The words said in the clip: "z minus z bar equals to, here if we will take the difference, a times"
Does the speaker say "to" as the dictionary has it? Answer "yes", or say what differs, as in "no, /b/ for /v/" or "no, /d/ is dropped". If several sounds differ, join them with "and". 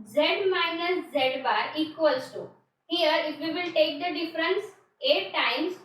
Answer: no, /s/ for /t/